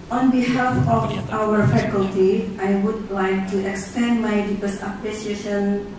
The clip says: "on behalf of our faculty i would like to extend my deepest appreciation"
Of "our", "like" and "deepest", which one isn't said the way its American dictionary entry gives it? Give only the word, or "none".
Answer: deepest